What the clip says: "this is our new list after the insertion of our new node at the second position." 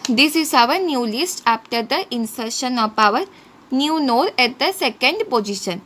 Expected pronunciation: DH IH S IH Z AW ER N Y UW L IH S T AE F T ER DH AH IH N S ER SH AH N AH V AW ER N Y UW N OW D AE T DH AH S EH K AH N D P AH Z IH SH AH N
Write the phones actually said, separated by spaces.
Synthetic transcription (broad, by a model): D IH S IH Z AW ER N Y UW L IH S T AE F T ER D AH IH N S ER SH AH N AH P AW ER N Y UW N OW D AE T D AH S EH K AH N D P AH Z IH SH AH N